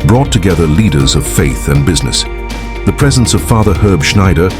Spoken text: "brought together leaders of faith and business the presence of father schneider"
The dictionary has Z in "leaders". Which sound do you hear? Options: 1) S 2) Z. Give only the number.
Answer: 2